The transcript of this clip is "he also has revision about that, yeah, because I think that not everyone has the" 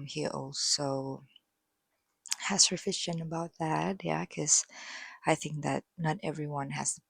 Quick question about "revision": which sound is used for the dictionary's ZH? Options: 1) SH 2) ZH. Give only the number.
1